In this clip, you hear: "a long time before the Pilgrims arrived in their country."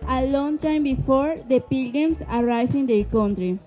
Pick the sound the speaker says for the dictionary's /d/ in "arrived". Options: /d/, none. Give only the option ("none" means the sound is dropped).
none